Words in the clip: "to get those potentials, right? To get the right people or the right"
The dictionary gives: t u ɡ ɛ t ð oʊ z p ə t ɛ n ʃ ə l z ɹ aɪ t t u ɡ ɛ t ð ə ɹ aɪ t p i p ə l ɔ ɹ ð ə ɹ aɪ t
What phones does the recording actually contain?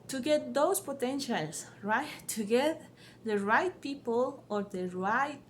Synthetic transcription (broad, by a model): t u ɡ ɛ t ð oʊ s p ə t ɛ n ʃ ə l s ɹ aɪ t t u ɡ ɛ t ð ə ɹ aɪ t p i p ə l ɔ ɹ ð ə ɹ aɪ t